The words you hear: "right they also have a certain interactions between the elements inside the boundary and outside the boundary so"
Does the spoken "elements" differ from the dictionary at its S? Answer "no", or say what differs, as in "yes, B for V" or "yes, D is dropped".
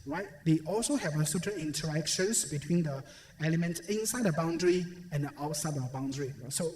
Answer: yes, S is dropped